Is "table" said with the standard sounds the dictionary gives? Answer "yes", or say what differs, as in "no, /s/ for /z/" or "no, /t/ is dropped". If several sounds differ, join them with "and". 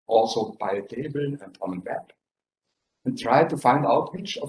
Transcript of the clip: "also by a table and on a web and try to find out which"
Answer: yes